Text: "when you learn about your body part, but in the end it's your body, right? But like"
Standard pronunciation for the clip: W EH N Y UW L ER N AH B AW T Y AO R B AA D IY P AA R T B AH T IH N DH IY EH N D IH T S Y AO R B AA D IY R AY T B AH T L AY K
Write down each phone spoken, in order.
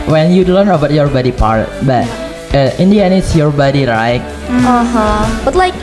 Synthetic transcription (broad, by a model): W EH N Y UW L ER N AH B AW T Y AO R B AA D IY P AA R T B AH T IH N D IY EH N IH T S Y AO R B AA D IY R AY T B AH T L AY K